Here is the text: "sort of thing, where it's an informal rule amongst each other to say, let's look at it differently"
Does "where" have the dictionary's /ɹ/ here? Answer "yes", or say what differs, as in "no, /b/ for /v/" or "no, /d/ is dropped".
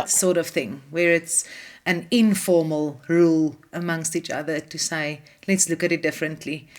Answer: yes